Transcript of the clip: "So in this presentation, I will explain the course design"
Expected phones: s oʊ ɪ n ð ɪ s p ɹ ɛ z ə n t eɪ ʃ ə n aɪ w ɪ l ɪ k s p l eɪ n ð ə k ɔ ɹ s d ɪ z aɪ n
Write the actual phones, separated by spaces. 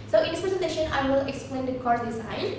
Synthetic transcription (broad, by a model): s oʊ ɪ n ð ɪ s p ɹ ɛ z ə n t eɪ ʃ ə n aɪ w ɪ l ɪ k s p l eɪ n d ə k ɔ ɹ d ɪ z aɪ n